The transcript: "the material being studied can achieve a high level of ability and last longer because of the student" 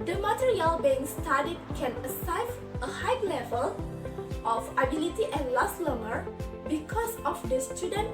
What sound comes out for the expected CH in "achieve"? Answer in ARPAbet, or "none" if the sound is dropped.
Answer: S